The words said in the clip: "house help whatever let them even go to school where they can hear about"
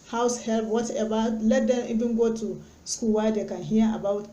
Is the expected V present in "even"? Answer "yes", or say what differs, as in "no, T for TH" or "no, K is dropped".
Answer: no, B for V